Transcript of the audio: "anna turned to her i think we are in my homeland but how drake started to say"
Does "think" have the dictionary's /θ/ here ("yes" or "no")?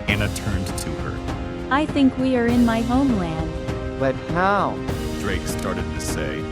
yes